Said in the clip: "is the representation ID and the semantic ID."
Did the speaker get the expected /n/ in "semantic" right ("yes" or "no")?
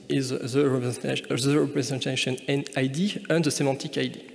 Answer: no